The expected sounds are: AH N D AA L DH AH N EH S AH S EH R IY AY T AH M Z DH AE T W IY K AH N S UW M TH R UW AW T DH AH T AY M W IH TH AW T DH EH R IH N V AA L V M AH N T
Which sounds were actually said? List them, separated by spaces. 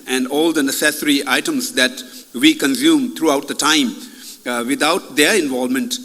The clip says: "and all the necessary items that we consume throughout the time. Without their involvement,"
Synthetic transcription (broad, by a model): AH N D AA L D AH N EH S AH S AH R IY AY T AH M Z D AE T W IY K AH N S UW M T R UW AW T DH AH T AY M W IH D AW T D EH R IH N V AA L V M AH N T